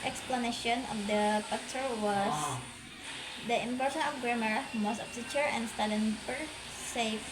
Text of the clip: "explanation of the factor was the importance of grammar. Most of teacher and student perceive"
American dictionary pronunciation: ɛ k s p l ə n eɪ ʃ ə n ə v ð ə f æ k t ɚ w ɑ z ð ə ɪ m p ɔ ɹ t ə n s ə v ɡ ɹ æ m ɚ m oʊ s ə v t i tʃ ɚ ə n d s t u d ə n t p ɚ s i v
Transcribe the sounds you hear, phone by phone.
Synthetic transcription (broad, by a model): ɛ k s p l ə n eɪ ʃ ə n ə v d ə p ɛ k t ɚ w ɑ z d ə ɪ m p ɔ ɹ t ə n ə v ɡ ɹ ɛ m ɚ m oʊ s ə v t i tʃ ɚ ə n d s t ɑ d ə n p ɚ s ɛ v